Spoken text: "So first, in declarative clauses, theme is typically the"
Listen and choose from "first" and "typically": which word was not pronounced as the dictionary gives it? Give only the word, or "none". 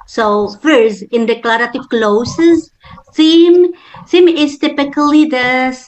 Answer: none